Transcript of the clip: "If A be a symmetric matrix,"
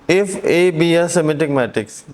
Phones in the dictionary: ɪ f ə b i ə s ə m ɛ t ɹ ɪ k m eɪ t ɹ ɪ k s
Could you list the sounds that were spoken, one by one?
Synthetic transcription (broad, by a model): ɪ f ə b i ə s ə m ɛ t ɪ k m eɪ t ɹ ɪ k s